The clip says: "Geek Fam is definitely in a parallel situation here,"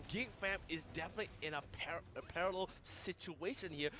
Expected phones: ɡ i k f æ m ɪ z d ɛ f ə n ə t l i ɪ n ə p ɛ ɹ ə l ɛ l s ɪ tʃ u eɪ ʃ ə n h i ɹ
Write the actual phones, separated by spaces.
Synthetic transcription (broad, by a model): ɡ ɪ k f æ m ɪ z d ɛ f ə n ə t l i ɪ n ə p ɛ ɹ ə l ɛ l s ɪ tʃ u eɪ ʃ ə n h i ɹ